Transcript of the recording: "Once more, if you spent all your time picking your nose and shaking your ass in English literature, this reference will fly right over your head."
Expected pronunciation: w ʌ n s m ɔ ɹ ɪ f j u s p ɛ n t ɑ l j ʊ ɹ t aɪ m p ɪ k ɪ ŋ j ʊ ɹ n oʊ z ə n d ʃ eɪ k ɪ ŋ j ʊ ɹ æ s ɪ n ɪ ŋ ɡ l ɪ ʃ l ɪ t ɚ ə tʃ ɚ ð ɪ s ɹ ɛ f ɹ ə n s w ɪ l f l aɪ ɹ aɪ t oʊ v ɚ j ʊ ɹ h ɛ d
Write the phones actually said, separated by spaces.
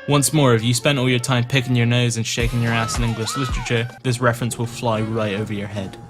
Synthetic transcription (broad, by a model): w ʌ n s m ɔ ɹ ɪ f j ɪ s p ɛ n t ɑ l j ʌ ɹ t aɪ m p ɪ k ɪ ŋ j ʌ ɹ n oʊ z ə n ʃ eɪ k ɪ ŋ j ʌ ɹ æ s ɪ n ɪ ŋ ɡ l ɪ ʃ l ɪ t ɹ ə tʃ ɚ ð ɪ s ɹ ɛ f ɹ ə n s w ɪ l f l aɪ ɹ aɪ t oʊ v ɚ j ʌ ɹ h ɛ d